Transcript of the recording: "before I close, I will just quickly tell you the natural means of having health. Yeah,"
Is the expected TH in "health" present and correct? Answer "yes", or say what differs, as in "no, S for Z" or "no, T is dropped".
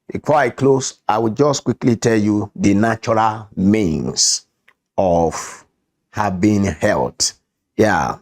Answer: no, T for TH